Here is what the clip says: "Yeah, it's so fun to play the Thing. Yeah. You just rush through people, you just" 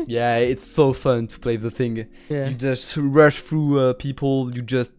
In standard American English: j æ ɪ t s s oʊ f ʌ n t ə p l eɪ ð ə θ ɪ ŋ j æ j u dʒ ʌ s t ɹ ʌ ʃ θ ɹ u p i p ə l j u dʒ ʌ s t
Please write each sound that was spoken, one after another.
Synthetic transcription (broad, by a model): j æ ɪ t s s oʊ f ʌ n t ə p l eɪ ð ə θ ɪ ŋ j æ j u dʒ ʌ s t ɹ ʌ ʃ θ ɹ u p i p l j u dʒ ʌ s t